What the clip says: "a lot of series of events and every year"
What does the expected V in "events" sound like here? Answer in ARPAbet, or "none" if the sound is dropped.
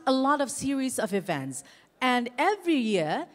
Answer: V